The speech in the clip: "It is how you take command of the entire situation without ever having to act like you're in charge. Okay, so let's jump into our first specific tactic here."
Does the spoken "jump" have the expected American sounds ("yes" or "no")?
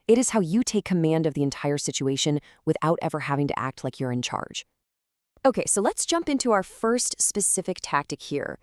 yes